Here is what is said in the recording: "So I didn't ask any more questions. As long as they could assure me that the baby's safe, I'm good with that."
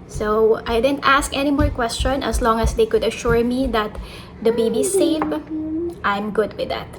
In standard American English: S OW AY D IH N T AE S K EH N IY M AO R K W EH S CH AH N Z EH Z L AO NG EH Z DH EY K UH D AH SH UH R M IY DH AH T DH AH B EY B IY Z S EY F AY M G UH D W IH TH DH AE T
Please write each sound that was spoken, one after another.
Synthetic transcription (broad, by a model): S OW AY D IH N T AE S K EH N IY M AO R K W EH S CH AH N EH S L AO NG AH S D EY K UH D AH SH UH R M IY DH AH T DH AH B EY B IY S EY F AY M G UH D W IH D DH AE T